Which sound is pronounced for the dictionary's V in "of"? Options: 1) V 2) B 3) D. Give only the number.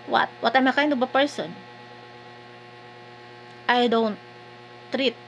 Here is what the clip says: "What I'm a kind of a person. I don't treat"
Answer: 2